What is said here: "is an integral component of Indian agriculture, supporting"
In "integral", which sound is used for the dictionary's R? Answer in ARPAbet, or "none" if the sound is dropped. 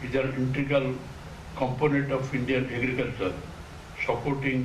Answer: none